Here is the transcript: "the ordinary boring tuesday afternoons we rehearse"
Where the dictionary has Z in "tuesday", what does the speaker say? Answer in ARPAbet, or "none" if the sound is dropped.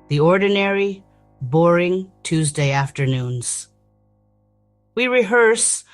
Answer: Z